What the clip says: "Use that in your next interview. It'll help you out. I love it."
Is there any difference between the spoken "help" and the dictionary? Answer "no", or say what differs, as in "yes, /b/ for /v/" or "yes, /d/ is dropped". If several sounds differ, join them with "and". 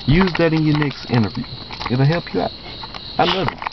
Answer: no